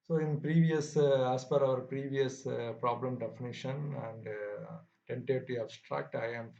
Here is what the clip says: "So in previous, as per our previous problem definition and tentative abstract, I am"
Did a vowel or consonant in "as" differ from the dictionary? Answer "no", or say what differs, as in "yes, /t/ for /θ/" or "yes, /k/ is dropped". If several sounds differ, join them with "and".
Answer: yes, /s/ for /z/